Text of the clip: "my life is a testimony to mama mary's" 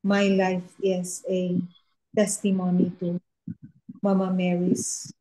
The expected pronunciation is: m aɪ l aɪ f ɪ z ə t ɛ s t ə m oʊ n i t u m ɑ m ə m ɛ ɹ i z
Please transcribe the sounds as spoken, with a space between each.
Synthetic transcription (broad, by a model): m aɪ l aɪ f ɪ s ə t ɛ s t ə m oʊ n i t u m ɑ m ə m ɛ ɹ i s